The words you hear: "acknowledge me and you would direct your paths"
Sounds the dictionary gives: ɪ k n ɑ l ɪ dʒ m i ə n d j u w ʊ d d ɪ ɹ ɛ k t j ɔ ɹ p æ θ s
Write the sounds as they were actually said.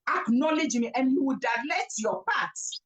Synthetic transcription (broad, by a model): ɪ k n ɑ l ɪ dʒ m i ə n j u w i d d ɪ l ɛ t j ɔ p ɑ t